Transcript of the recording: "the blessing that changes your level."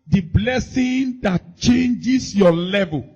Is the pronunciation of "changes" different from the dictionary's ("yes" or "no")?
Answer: yes